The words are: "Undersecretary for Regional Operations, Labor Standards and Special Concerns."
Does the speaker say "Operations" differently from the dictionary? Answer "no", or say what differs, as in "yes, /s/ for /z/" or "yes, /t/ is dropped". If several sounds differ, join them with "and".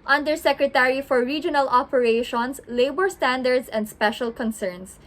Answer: yes, /s/ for /z/